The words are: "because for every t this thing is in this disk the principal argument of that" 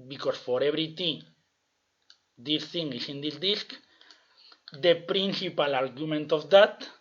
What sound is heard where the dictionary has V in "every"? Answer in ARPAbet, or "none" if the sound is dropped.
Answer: B